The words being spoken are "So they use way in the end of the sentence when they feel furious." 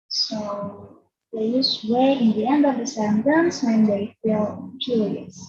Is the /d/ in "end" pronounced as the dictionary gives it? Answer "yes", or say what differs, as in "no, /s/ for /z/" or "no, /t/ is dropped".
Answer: yes